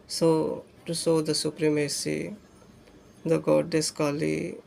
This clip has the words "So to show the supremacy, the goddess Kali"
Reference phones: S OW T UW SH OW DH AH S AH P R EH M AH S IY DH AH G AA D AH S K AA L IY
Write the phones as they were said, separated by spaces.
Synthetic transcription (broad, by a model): S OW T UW S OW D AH S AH P R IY M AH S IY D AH G AA D AH S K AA L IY